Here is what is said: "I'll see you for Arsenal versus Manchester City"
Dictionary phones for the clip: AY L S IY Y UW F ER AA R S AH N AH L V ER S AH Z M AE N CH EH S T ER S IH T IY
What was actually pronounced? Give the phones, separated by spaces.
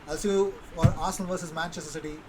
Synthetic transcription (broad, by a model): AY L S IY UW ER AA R AH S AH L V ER S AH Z M AE N CH EH S T ER S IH T IY